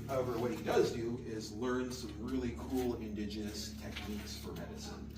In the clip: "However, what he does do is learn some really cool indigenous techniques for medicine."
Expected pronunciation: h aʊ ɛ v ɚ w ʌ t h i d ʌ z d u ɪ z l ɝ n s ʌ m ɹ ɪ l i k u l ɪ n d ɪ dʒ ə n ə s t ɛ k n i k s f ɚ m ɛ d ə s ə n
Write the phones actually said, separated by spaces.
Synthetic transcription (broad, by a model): h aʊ ɛ v ɚ w ʌ t h i d ʌ z d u ɪ z l ɝ n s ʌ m ɹ ɪ l i k u l ɪ n d ɪ dʒ ə n ə s t ɛ k n i k s f ɚ m ɛ d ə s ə n